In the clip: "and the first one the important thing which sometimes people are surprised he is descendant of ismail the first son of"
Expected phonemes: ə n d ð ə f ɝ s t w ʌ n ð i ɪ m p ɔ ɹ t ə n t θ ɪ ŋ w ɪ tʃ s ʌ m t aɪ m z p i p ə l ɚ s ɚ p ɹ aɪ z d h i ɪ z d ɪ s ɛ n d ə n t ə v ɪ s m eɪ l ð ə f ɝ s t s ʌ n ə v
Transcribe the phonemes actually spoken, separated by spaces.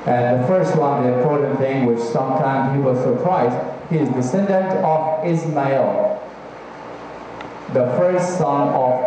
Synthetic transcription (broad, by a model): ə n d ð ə f ɝ s t w ʌ n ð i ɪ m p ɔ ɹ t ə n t θ ɪ ŋ w ɪ tʃ s ʌ m t aɪ m z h i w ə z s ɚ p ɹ aɪ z h i ɪ z d ɪ s ɛ n d ə n t ə v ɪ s m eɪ l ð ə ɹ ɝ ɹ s s ʌ n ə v